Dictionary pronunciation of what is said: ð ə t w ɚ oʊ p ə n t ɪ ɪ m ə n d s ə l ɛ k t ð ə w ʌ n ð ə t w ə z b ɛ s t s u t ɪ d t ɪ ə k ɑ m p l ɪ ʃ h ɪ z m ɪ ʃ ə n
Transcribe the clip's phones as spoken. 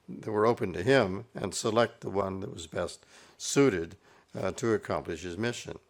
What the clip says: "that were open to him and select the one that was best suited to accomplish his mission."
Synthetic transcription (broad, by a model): ð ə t w ɚ oʊ p ə n t ɪ ɪ m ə n s ə l ɛ k t ð ə w ʌ n ð ə t w ə z b ɛ s t s u t ɪ d t ɪ ə k ɑ m p l ɪ ʃ h ɪ z m ɪ ʃ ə n